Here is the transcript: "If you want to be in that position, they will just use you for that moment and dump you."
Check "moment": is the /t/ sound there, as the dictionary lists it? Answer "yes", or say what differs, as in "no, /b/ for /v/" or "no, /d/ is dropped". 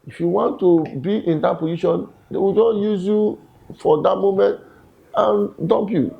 yes